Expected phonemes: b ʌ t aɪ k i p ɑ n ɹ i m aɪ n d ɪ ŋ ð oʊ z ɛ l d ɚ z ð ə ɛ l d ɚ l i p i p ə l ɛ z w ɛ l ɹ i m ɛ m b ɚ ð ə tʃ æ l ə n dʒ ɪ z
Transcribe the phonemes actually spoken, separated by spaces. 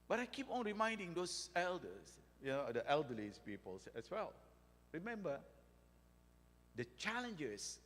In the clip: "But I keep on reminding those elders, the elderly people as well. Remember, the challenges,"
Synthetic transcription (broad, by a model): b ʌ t aɪ k i p ɑ n ɹ i m aɪ n d ɪ ŋ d oʊ s ɛ l d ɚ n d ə ɛ l d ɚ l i p i p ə l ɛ s w ɛ l ɹ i m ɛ m b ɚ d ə tʃ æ l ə n dʒ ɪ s